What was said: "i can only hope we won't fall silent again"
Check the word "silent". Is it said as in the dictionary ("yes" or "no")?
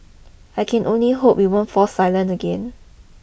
yes